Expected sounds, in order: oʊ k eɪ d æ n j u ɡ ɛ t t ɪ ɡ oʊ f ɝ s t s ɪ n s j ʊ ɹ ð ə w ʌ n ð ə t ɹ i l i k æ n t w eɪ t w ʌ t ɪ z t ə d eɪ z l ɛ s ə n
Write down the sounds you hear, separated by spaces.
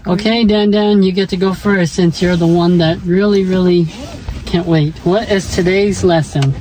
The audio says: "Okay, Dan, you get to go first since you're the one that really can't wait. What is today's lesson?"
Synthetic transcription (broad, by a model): oʊ k eɪ d æ n j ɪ ɡ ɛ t t ɪ ɡ oʊ f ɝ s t s ɪ n s j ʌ ɹ ð ə w ʌ n ð ə t ɹ i l i k æ n t w eɪ t w ʌ t ɪ z t ə d eɪ z l ɛ s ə n